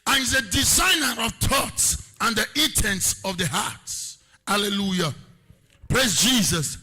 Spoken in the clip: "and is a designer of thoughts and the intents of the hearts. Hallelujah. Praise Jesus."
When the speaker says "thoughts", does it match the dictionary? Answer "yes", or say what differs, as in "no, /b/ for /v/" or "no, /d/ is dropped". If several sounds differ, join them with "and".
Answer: no, /t/ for /θ/